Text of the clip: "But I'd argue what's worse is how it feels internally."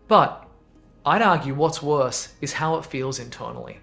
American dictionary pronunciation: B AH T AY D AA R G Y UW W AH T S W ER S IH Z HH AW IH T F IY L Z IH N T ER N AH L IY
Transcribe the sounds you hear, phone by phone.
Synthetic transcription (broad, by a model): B AH T AY D AA R G Y UW W AH T S W ER S IH Z HH AW IH T F IY L Z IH N T ER N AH L IY